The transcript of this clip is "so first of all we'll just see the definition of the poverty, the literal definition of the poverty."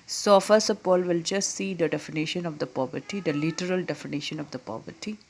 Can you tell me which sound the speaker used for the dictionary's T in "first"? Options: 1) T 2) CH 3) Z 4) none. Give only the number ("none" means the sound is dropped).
4